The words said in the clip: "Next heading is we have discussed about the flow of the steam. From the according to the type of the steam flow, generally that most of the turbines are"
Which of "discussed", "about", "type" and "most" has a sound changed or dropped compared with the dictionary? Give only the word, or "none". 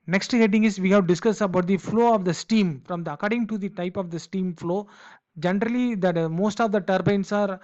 discussed